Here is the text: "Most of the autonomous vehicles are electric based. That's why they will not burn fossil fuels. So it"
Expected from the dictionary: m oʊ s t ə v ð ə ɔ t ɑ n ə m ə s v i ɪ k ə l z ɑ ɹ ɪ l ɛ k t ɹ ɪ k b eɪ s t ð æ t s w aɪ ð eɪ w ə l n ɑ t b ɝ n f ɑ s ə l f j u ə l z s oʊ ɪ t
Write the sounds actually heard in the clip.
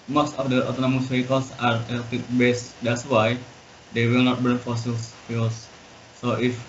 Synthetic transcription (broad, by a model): m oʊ s t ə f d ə ɔ t ɑ n ə m ə s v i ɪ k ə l s ɑ ɹ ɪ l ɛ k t ɪ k b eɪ s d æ t s w aɪ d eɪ w ə l n ɑ t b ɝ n f ɑ s ə l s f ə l s oʊ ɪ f